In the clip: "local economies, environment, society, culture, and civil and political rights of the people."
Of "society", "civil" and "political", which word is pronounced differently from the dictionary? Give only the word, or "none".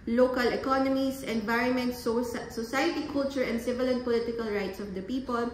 none